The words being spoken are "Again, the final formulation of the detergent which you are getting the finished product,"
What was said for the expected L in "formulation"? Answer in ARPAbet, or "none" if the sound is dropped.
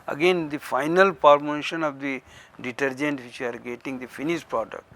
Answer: none